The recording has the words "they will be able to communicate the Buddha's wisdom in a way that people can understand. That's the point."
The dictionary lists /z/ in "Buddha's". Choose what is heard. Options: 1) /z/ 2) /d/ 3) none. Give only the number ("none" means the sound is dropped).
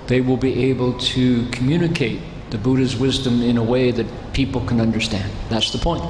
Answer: 1